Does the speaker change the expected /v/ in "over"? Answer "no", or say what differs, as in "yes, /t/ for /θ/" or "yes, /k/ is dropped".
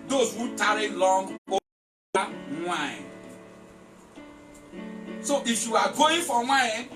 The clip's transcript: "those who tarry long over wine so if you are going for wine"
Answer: yes, /v/ is dropped